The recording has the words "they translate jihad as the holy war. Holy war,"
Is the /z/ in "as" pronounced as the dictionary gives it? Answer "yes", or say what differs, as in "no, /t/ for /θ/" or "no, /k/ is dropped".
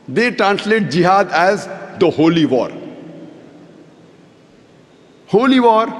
yes